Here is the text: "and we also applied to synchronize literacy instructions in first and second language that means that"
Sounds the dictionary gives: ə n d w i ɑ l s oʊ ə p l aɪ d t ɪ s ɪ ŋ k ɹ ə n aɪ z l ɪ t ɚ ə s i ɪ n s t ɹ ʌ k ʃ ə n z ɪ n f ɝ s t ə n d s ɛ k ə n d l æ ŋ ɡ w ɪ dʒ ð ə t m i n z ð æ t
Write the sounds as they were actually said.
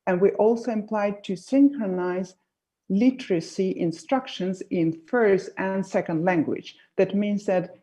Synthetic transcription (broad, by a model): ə n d w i ɑ l s oʊ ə p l aɪ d t ɪ s ɪ ŋ k ɹ ə n aɪ z l ɪ t ɚ ə s i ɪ n s t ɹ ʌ k ʃ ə n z ɪ n f ɝ s t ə n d s ɛ k ə n d l æ ŋ ɡ w ɪ dʒ ð ə t m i n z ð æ t